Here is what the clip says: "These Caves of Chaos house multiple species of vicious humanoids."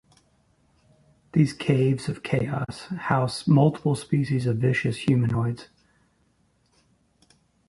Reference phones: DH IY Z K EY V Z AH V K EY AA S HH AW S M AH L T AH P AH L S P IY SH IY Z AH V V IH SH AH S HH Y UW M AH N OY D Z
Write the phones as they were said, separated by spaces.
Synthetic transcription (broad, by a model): DH IY Z K EY V Z AH V K EY AA S HH AW S M AH L T AH P AH L S P IY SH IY Z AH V V IH SH AH S HH Y UW M AH N OY D Z